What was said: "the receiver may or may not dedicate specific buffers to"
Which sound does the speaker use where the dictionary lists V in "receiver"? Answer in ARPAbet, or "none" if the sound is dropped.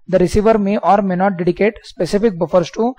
V